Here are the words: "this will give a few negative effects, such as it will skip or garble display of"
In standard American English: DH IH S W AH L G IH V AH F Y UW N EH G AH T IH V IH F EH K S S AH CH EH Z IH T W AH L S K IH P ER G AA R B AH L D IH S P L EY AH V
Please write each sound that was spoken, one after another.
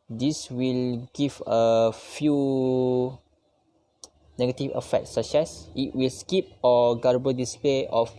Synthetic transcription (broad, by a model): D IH S W AH L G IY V AH F Y UW N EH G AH T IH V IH F EH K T S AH S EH S IH T W AH L S K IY P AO G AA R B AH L D IH S P L EY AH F